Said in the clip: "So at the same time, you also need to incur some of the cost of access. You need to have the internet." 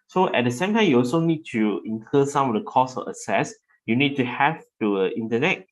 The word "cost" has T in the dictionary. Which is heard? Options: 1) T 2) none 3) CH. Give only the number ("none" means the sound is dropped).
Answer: 2